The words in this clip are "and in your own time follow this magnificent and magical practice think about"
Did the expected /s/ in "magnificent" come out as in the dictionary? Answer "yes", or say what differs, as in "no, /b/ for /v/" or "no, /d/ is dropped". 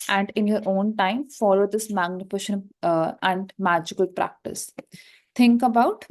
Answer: no, /ʃ/ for /s/